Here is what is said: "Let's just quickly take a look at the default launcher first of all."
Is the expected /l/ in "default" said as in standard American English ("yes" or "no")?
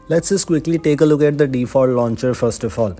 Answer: no